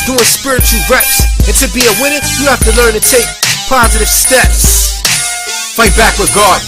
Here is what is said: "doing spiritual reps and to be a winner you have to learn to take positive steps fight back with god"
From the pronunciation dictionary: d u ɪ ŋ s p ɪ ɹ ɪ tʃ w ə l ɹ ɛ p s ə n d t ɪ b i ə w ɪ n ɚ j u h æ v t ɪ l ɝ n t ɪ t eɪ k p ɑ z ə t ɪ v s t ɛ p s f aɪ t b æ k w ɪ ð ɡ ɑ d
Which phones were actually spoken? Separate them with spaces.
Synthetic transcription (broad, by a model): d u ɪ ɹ s p ɪ ɹ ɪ tʃ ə l ɹ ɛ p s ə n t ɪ b i ə w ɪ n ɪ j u h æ f t ɪ l ɝ n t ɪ t eɪ k p ɑ z ə t ɪ v s t ɛ p s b aɪ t b æ k w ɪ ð ɡ ɑ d